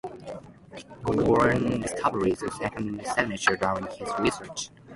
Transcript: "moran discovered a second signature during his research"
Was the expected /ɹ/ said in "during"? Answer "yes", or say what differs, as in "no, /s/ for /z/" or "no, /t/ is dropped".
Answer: no, /ɹ/ is dropped